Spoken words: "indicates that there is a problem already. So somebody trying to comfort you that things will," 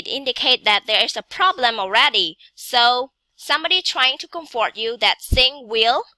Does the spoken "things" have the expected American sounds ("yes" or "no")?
no